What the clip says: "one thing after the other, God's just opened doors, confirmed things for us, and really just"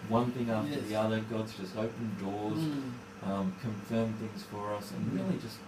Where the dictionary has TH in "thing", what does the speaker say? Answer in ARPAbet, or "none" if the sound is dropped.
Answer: TH